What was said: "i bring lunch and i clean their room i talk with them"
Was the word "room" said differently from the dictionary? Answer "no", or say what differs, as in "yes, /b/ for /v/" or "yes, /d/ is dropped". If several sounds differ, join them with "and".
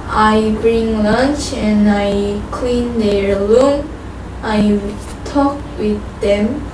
yes, /l/ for /ɹ/